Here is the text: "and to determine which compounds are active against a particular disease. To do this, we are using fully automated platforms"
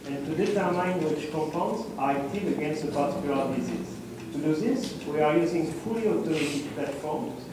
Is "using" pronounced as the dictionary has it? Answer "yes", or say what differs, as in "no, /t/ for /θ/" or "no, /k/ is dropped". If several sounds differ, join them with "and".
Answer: yes